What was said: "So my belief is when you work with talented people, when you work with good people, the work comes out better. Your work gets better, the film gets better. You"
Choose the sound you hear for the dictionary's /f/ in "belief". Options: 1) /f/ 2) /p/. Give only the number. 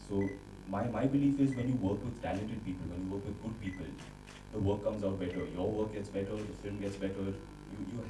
1